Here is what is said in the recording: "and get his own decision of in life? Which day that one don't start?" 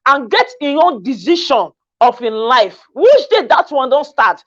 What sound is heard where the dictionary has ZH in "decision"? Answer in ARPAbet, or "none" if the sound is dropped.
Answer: SH